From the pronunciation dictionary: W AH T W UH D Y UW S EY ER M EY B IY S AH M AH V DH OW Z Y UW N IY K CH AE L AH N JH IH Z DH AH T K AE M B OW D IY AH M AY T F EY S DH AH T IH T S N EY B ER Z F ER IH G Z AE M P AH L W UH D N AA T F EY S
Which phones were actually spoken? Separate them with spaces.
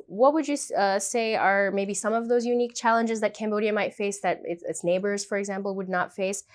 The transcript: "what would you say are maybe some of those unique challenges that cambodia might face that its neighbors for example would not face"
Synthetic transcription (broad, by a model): W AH T W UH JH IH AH S EY ER M EY B IY S AH M AH V DH OW Z Y UW N IY K CH AE L AH N JH IH Z DH AH T K AE M B OW D IY AH M AY T F EY S DH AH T IH T S N EY B ER Z F ER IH G Z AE M P L W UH D N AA T F EY S